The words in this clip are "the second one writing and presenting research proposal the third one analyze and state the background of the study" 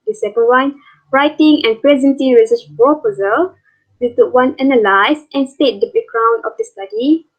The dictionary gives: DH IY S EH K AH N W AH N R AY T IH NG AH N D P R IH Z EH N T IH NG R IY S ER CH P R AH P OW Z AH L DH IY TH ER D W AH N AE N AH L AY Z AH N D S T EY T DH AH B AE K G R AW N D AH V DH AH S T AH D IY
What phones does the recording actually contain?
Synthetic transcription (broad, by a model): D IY S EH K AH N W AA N R AY T IH NG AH N P R IH Z EH N T IH NG R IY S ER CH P AH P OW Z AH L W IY T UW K W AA N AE N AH L AY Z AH N S T EY T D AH B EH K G R AW N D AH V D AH S T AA D IY